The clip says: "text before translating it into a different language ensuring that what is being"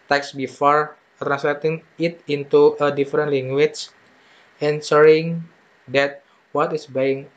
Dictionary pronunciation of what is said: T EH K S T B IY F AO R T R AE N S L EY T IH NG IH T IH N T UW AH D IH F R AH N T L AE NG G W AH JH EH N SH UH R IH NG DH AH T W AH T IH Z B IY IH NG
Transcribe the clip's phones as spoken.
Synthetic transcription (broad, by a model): T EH K S B IY F AO R T R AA N S L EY T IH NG IH T IH N T UW AH D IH F R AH N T L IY NG G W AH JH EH N S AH R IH NG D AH T W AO T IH S B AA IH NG